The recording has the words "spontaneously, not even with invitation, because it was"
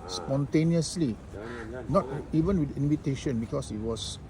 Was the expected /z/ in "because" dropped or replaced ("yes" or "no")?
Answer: yes